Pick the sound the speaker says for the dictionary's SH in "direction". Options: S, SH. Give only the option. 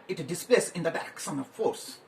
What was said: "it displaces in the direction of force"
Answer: S